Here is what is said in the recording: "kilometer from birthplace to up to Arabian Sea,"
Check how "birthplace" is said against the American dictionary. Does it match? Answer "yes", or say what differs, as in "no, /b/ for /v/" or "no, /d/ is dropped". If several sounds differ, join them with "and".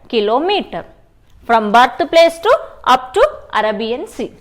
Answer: no, /t/ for /θ/